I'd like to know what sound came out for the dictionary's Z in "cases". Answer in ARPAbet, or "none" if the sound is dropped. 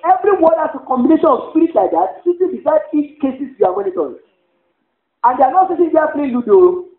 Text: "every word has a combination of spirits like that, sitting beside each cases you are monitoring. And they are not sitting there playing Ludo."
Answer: S